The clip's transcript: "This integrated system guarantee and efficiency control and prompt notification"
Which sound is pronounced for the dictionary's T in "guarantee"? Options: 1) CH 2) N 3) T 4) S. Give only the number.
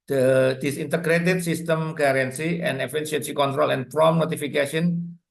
4